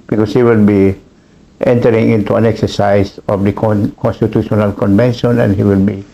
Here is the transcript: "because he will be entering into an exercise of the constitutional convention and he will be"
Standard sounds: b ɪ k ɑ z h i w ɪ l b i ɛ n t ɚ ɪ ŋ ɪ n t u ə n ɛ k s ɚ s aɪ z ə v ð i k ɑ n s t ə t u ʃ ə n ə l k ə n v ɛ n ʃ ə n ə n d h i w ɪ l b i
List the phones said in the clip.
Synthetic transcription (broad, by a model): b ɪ k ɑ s h i w ɪ l b i ɛ n t ɚ ɪ ŋ ɪ n t u ə n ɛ k s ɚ s aɪ s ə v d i k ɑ n s t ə t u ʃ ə n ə l k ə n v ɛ n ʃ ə n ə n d h i w ɪ l b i